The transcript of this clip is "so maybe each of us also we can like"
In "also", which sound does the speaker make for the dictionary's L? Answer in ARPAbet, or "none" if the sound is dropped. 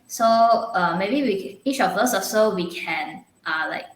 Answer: none